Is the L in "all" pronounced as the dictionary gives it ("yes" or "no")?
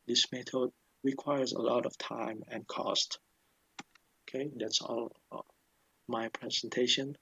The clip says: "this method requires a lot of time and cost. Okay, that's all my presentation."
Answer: yes